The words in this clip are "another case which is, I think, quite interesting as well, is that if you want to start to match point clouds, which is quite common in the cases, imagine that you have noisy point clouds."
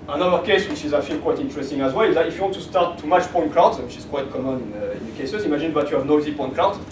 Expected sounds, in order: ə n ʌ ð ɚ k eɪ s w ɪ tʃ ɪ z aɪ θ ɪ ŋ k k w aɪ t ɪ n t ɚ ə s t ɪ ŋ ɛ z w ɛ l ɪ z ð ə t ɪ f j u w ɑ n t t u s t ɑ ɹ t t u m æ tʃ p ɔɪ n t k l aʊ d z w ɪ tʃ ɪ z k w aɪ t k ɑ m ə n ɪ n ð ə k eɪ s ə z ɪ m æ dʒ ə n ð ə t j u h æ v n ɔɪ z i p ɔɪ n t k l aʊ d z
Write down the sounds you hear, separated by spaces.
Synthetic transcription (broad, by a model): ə n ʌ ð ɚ k eɪ s w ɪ tʃ ɪ z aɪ f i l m k w aɪ t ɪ n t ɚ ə s t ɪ ŋ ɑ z w ɛ l ɪ z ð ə t ɪ f j u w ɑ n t t u s t ɑ ɹ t t u m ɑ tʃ p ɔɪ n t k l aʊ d w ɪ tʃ ɪ z k w aɪ t k ɑ m ə n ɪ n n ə k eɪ s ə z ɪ m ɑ ʒ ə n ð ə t j u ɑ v n ɔɪ z i p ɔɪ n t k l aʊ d